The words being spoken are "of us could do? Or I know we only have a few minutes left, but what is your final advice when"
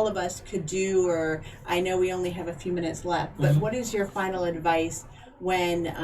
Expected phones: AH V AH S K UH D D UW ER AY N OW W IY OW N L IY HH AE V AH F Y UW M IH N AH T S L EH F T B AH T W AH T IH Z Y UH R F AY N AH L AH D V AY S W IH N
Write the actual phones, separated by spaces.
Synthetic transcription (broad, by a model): AH V AH S K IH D D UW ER AY N OW W IY OW N L IY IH V AH F Y UW M IH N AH T S L EH F T B AH T W AH T IH Z Y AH R F AY N L AH D V AY S W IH N